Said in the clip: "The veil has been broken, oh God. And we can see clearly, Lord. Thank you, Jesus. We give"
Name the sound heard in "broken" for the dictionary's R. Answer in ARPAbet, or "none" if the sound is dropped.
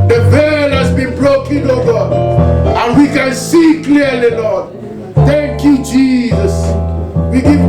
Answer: L